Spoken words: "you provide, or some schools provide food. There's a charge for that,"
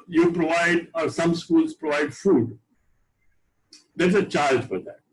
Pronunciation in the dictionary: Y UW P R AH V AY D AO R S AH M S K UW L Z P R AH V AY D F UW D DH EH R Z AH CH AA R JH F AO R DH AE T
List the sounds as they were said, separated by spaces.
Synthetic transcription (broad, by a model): Y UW P R AH V AY D AO R S AH M S K UW L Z P R AH V AY D F UW D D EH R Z AH CH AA L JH F AO R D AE T